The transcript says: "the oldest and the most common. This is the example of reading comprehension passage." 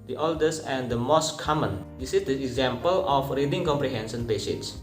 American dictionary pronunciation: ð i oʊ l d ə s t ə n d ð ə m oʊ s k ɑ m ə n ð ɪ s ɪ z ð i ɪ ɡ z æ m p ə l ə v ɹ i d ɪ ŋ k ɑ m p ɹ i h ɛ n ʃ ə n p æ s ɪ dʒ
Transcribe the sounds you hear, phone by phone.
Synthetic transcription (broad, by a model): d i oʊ l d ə s ə n d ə m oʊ s k ɑ m ə n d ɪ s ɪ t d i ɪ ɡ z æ m p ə l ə f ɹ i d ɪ ŋ k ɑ m p ɹ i h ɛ n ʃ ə n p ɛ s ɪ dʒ